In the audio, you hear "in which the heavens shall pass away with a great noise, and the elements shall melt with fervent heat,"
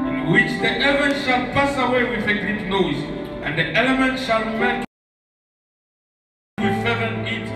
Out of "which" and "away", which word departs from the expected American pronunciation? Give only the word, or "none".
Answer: none